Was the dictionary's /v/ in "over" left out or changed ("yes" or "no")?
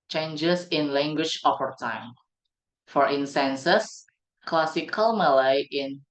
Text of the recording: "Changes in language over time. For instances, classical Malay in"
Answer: yes